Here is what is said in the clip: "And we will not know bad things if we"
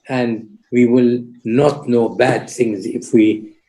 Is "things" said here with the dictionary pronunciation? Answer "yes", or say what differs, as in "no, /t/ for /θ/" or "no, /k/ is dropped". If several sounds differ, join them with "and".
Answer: yes